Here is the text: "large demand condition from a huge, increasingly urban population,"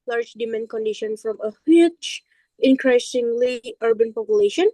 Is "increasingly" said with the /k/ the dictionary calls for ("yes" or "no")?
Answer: yes